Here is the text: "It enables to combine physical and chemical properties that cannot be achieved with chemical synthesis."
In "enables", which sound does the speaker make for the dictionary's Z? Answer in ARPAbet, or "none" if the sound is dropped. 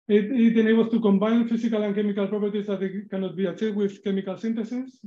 S